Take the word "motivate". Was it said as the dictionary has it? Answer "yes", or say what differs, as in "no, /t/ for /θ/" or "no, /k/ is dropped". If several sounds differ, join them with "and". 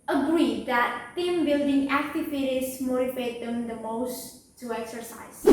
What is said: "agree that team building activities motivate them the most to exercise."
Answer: no, /f/ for /v/